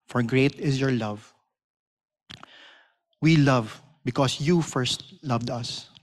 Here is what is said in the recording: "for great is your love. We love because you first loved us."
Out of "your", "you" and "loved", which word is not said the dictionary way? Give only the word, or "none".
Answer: none